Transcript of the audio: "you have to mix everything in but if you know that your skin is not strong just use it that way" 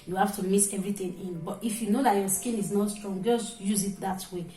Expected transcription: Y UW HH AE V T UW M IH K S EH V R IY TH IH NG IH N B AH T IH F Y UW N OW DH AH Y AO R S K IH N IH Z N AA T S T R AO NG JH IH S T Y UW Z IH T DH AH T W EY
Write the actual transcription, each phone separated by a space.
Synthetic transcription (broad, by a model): Y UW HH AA F T UW M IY S EH V R IY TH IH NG IH N B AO T IH F Y UW N OW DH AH Y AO S K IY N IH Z N AA T S T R AO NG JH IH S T Y UW Z IH T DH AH T W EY